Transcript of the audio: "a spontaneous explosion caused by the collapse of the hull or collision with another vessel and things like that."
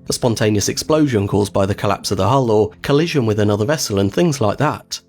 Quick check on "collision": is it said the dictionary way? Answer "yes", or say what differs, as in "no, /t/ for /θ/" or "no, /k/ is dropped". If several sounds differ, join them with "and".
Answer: yes